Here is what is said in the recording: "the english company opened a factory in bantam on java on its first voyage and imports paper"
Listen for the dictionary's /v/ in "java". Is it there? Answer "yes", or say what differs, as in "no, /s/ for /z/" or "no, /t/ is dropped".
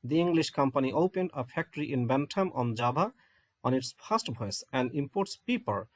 no, /b/ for /v/